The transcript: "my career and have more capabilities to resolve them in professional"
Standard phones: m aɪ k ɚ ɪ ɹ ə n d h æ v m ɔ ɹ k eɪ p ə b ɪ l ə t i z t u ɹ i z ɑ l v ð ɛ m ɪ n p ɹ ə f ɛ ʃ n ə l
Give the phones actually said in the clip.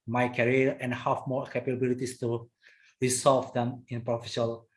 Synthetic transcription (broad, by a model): m aɪ k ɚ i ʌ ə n h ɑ f m ɔ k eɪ p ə b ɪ l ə t i s t u ɹ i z ɑ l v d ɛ m ɪ n p ɹ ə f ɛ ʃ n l